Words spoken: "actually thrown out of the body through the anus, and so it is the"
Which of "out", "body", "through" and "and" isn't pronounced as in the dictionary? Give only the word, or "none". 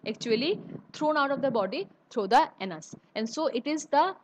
through